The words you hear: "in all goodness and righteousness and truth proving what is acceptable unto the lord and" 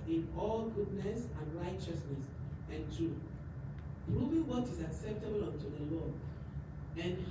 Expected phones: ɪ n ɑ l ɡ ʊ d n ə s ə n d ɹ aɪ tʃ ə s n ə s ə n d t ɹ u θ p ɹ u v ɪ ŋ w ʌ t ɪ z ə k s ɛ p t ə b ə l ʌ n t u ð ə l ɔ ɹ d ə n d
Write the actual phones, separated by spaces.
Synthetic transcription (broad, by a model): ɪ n ɑ l ɡ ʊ d n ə s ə n ɹ aɪ tʃ ə s n ə s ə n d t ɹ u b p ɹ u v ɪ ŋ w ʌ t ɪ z ə k s ɛ p t ə b ə l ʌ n t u ð ə l ɔ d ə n